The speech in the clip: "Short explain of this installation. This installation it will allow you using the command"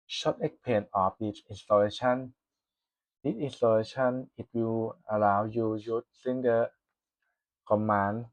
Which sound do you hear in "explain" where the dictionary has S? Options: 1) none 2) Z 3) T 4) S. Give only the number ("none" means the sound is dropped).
1